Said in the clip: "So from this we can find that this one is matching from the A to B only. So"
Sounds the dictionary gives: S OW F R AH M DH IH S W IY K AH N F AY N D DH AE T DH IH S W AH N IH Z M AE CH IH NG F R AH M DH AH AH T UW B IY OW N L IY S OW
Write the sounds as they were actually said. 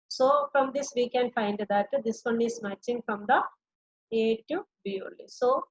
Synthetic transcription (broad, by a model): S OW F R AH M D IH S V IY K AH N F AY N D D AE T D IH S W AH N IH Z M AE CH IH NG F R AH M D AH AH T UW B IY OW L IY S OW